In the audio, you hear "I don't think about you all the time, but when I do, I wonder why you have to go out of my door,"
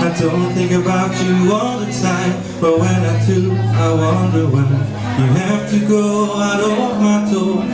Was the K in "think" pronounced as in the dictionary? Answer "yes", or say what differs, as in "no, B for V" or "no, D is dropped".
no, K is dropped